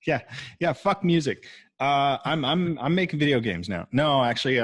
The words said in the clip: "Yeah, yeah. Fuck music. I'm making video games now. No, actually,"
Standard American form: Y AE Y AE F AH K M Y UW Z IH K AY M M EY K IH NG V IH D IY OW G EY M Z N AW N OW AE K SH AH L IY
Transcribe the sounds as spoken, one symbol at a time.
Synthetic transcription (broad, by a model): Y AE Y AE F AH K M Y UW Z IH K AY M M EY K IH NG V IH D IY OW G EY M Z N AW N OW AE K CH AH L IY